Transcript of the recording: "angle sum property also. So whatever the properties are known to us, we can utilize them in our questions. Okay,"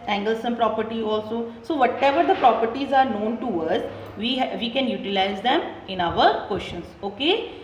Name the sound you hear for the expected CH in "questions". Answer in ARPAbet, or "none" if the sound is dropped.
SH